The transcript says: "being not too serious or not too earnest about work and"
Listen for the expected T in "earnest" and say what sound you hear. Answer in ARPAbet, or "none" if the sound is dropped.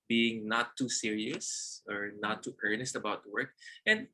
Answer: T